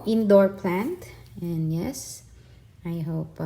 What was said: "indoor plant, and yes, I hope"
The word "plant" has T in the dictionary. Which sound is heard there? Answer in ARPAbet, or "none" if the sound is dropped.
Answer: T